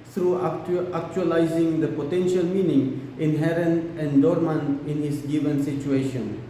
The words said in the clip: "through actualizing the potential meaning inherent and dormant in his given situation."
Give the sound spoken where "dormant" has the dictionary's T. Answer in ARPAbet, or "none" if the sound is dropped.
none